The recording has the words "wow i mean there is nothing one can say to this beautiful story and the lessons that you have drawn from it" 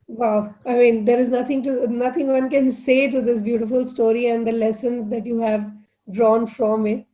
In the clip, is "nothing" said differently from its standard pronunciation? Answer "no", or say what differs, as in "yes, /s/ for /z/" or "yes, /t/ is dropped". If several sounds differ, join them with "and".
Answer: yes, /t/ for /θ/